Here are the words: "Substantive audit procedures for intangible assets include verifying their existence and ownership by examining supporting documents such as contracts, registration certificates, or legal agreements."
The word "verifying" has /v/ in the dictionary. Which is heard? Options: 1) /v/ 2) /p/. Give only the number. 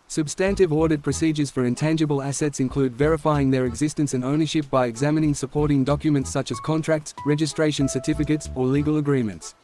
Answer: 1